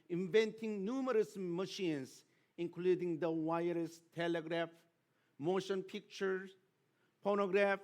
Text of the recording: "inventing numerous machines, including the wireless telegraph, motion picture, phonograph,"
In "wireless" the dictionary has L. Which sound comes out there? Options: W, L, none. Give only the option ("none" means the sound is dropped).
none